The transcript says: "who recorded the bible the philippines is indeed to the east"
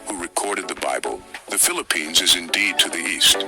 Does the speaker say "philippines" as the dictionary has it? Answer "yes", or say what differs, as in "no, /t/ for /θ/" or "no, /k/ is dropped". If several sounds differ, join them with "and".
yes